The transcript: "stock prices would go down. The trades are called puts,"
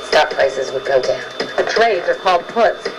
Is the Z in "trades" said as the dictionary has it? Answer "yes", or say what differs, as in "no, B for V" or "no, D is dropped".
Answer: yes